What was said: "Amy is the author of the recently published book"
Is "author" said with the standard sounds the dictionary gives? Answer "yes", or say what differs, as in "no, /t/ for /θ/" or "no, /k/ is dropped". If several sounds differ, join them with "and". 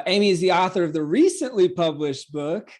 yes